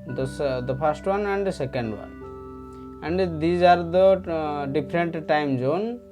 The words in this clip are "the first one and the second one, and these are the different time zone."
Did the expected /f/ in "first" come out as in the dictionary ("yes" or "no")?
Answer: no